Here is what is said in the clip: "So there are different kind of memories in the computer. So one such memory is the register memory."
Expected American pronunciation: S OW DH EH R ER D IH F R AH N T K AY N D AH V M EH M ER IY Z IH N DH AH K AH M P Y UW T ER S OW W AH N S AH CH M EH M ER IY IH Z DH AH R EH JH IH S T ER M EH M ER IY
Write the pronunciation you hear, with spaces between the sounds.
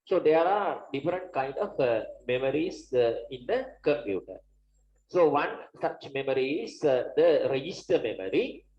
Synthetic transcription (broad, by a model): S OW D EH R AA D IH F R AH N T K AY N D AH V M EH M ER IY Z IH N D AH K AH M P Y UW T ER S OW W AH N S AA CH M EH M ER IY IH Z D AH R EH JH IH S T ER M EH M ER IY